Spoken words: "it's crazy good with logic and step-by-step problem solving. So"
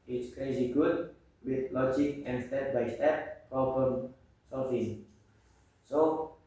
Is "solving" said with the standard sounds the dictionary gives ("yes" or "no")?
no